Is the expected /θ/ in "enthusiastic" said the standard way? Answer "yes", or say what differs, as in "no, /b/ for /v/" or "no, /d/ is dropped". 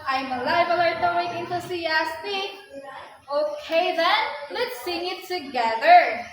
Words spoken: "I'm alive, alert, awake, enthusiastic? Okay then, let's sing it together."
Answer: no, /t/ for /θ/